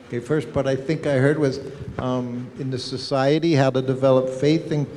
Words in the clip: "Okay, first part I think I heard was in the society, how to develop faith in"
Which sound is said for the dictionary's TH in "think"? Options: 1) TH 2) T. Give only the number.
1